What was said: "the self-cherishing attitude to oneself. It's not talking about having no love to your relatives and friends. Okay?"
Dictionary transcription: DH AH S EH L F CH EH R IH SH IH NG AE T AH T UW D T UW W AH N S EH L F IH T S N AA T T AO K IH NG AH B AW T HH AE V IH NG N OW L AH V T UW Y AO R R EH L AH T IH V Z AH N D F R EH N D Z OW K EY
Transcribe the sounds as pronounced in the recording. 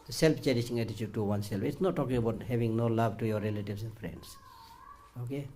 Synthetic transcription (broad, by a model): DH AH S EH L F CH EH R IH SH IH NG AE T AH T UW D T UW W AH N S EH L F IH T S N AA T T AO K IH NG AH B AW T HH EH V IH NG N OW L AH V T UW Y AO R R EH L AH T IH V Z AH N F R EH N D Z OW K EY